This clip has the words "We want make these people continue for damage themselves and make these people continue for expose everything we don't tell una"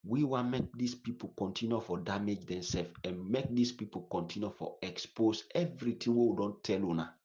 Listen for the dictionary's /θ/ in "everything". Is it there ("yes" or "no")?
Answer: no